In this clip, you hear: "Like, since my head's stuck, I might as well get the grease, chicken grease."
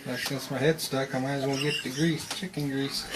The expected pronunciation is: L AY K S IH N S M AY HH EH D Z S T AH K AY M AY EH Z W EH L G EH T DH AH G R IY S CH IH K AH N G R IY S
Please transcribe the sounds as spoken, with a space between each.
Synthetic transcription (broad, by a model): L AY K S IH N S M AY HH EH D S T AH K AY M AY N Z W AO N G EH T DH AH G R IY S CH IH K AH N G R IY S